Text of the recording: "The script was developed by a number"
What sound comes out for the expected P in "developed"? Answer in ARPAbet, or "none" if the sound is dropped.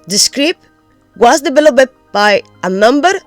B